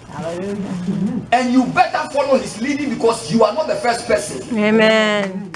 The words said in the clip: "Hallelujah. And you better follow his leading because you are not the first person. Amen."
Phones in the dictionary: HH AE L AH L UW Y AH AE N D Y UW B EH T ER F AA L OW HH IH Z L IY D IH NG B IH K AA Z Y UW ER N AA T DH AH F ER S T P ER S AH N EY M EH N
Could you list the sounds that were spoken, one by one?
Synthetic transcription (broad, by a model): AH N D Y UW B EH T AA F AA L OW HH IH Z L IY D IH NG B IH K AA S Y UW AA N AA T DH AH F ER S T P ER S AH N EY M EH N